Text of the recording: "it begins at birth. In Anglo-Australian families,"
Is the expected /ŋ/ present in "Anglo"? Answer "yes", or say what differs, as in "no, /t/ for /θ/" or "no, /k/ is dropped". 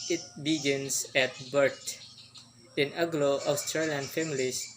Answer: no, /ŋ/ is dropped